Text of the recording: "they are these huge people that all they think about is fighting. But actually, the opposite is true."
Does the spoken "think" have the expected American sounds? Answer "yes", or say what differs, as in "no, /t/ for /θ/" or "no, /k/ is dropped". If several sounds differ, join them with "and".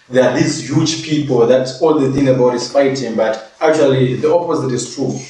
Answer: no, /k/ is dropped